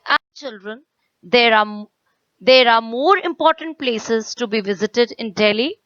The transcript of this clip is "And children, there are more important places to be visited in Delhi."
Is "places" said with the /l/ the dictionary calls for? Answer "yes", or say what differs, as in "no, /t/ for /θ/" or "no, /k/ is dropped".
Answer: yes